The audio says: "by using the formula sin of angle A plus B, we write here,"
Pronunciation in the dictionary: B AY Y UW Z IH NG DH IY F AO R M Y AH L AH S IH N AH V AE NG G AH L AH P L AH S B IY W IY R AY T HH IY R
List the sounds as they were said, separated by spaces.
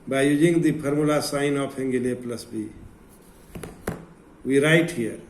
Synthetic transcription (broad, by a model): B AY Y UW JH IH NG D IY P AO R M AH L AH S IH N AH P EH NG G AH L AH P L AH S B IY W IY R AY T HH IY R